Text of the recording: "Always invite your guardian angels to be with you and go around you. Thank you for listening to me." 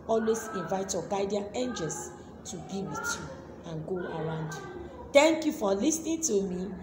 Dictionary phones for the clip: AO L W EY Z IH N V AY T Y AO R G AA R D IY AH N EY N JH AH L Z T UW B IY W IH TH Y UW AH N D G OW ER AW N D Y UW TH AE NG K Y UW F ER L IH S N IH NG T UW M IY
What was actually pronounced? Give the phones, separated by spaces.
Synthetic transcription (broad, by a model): AO L W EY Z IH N V AY T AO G AA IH D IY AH EY N JH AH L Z T UW B IY W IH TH Y UW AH N G OW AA AW N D Y UW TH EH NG K Y UW F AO L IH S N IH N T UW M IY